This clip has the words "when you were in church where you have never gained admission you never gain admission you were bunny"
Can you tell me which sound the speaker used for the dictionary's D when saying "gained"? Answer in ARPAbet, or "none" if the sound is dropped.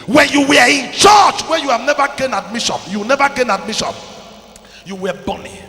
none